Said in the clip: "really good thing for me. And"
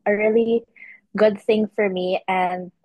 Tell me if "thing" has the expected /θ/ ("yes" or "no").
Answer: yes